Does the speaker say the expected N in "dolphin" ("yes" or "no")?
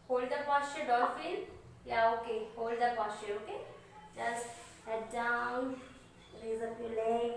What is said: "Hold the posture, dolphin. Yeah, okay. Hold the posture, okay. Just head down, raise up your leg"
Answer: no